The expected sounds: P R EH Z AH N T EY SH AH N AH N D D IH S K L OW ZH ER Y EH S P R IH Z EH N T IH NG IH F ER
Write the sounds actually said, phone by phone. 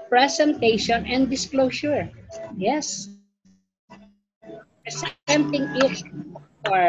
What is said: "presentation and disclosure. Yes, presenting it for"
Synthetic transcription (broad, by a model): P R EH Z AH N T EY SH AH N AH N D D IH S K L OW SH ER Y EH S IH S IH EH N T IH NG IH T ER